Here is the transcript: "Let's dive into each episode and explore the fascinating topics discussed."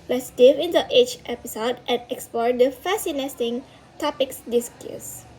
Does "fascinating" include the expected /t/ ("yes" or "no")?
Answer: no